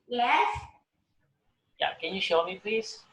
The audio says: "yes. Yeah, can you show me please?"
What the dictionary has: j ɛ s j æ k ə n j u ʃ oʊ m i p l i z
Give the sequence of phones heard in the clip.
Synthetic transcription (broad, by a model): j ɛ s j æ k ə n j u ʃ oʊ m i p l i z